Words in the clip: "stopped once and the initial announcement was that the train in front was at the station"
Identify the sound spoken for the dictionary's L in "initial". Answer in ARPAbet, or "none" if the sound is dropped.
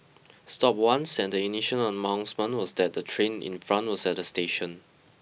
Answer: N